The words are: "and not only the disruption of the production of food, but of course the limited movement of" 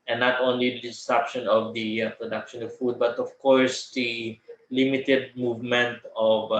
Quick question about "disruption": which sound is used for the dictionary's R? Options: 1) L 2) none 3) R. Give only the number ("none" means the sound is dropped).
2